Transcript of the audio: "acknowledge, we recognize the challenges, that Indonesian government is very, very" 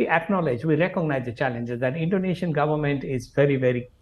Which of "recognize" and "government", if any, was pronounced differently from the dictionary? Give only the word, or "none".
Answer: none